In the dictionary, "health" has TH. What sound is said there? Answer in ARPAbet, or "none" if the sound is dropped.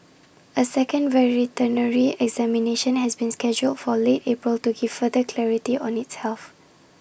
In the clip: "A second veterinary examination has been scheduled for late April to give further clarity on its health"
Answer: F